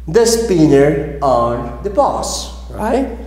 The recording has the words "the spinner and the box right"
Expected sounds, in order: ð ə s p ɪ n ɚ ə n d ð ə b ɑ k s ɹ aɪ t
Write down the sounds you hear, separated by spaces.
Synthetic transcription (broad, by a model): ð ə s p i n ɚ ə n d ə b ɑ s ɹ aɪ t